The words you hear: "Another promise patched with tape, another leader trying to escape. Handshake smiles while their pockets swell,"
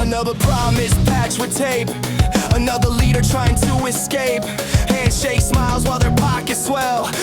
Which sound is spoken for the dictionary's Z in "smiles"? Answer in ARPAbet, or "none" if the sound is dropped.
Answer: Z